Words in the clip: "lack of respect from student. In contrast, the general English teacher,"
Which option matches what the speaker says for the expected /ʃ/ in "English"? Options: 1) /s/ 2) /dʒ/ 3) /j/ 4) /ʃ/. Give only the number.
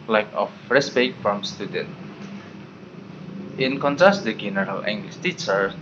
1